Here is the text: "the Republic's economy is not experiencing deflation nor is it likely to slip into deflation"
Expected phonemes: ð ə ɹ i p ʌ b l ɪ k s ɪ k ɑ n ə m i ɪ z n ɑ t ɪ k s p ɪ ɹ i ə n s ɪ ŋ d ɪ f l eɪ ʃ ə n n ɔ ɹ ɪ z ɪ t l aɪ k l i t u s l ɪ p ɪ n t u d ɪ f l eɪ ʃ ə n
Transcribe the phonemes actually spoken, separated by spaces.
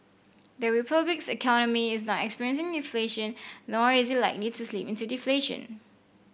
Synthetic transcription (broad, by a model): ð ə ɹ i p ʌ b l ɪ k s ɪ k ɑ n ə m i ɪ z n ɑ t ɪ k s p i ɹ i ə n s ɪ ŋ d ɪ f l eɪ ʃ ə n n ɔ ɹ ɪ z ɪ t l aɪ k l i t u s l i p ɪ n t u d ɪ f l eɪ ʃ ə n